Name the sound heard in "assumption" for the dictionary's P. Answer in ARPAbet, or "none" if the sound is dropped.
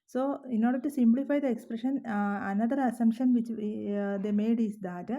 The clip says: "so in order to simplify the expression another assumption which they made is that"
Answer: none